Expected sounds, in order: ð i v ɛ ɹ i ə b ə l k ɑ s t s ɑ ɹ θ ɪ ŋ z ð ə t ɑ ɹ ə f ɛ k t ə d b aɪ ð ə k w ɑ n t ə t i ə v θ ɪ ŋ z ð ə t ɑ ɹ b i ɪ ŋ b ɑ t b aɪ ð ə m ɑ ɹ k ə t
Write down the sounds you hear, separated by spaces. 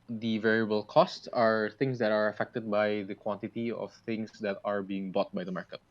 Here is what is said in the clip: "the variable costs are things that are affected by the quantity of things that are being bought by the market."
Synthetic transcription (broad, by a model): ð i v ɛ ɹ i ə b ə l k ɑ s t s ɑ ɹ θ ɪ ŋ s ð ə t ɑ ɹ ə f ɛ k t ə d b aɪ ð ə k w ɑ n t ə t i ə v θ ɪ ŋ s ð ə t ɑ ɹ b i ɪ ŋ b ɑ t b aɪ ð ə m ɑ ɹ k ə t